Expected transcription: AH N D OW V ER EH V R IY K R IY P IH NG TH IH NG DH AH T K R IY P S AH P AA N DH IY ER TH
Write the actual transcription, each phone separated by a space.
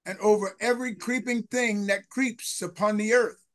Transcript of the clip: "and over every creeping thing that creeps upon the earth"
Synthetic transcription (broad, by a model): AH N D OW V ER EH V R IY K R IY P IH NG TH IH NG DH AH T K R IY P S AH P AA N DH IY ER TH